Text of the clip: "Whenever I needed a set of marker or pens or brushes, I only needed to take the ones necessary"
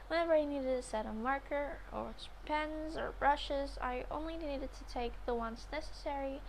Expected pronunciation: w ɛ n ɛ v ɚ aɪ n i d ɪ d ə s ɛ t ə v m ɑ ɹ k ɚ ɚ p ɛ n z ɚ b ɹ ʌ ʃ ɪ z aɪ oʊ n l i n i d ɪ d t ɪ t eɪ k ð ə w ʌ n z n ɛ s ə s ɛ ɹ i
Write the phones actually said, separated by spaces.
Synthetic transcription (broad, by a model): w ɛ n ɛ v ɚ aɪ n i d ɪ d ə s ɛ t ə m ɑ ɹ k ɚ ɚ p ɛ n z ɚ b ɹ ʌ ʃ ɪ z aɪ oʊ n l i n i d ɪ d t ɪ t eɪ k ð ə w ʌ n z n ɛ s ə s ɛ ɹ i